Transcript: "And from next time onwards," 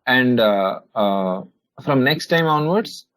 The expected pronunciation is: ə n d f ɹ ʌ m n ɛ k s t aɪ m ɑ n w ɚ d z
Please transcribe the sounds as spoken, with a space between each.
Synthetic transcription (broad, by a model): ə n d f ɹ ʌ m n ɛ k s t aɪ m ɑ n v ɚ d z